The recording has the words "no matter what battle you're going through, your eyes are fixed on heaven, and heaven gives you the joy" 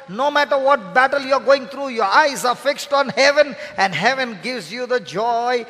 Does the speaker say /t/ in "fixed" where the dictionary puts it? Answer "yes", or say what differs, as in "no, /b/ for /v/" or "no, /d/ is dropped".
yes